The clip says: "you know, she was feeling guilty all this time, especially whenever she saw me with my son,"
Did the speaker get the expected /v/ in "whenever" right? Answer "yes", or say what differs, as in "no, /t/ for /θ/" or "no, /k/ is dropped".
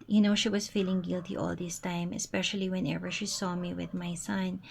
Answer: yes